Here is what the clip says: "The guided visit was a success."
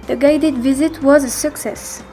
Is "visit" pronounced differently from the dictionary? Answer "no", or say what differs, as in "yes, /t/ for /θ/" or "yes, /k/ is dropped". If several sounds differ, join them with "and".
no